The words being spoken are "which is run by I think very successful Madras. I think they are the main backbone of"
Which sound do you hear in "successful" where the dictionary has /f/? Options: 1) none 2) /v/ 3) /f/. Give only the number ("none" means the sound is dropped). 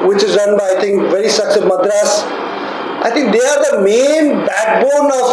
1